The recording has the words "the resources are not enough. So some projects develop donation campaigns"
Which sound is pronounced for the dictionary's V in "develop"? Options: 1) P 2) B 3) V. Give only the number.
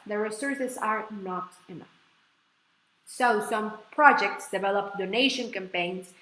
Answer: 3